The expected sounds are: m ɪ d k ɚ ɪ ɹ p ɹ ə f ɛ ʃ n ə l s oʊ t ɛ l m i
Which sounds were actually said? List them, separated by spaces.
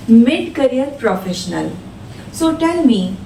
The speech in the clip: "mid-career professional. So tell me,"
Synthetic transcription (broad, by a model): m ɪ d k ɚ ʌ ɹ p ɹ ə f ɛ ʃ n ə l s oʊ t ɛ l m i